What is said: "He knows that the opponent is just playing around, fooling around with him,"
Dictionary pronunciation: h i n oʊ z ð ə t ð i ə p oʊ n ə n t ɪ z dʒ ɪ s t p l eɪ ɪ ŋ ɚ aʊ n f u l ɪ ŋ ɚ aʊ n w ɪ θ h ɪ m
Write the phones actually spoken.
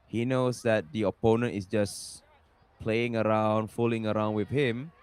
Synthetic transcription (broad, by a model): h i n oʊ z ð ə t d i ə p oʊ n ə n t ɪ s dʒ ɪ s p l eɪ ɪ ŋ ɚ aʊ n f u l ɪ ŋ ɚ aʊ n w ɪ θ h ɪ m